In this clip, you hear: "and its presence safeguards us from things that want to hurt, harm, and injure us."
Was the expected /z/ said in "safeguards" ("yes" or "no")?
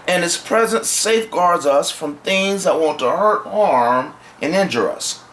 yes